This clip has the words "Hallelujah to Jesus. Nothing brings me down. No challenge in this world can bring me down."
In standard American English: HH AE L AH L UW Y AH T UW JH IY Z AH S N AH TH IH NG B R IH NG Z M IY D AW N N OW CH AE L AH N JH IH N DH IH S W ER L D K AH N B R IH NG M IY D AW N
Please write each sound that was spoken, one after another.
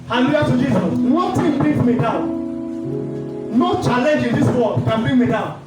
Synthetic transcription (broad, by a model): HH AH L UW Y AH T UW JH IY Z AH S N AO T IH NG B R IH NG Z M IY D AW N N OW CH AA L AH N JH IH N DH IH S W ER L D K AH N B R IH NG M IY D AW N